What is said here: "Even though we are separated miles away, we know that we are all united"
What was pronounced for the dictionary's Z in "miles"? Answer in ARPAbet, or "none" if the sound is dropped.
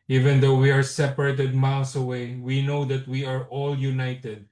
S